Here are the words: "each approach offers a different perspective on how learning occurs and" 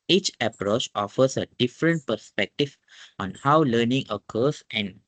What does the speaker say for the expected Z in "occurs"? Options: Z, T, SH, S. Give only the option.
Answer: S